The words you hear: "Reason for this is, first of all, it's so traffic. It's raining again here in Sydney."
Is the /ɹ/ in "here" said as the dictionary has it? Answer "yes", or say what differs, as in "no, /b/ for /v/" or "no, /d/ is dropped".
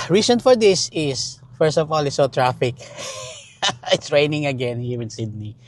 no, /w/ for /ɹ/